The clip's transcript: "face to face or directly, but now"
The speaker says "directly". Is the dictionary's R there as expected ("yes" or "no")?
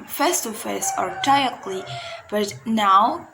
no